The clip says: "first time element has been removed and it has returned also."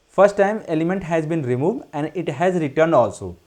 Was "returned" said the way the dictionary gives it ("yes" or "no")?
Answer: yes